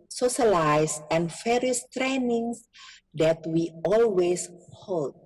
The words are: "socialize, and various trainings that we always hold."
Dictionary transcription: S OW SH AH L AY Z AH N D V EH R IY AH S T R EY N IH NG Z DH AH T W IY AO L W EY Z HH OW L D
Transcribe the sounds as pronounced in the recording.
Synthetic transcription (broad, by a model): S OW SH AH L AY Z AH N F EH R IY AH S T R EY N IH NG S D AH T W IY AO L W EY S HH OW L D